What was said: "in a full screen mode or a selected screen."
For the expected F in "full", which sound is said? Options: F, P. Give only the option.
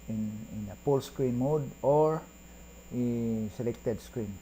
P